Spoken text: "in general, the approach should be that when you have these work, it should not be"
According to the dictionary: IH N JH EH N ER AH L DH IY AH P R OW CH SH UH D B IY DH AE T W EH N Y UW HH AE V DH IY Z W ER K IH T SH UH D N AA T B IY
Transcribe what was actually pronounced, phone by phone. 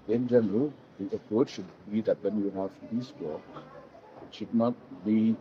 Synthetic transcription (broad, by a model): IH N JH EH N ER AH L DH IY AH P R OW CH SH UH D B IY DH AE T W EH N Y UW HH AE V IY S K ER IH T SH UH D N AA T B IY